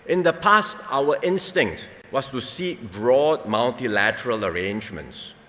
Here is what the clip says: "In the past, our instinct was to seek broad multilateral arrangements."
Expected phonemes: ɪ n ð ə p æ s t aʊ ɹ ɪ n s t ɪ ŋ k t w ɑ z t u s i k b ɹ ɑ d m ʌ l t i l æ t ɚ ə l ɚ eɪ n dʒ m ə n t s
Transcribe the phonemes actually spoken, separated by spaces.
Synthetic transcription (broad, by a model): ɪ n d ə p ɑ s t aʊ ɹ ɪ n s t ɪ ŋ k t w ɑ s t u s i k b ɹ ɑ d m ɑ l t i l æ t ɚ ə l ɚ eɪ n dʒ m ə n t s